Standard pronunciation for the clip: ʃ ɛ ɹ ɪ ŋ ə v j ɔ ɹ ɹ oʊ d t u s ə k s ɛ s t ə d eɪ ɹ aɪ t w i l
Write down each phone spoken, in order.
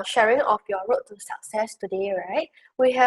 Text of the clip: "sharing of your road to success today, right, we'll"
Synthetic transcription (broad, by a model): ʃ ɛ ɹ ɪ ŋ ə f j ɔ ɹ ɹ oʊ t u s ə k s ɛ s t ə d eɪ ɹ aɪ t w i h